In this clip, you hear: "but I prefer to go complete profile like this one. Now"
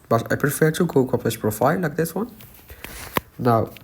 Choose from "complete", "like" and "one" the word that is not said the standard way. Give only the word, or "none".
complete